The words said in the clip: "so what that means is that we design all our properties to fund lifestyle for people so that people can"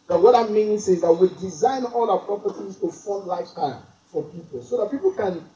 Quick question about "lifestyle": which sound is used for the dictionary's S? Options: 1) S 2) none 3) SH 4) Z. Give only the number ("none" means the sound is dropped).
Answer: 2